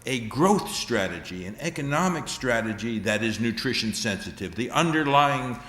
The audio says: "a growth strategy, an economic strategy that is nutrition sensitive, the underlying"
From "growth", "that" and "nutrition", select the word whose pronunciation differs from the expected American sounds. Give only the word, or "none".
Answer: none